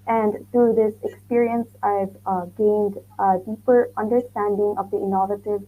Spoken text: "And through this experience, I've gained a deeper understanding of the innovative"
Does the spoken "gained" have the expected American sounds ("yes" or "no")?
yes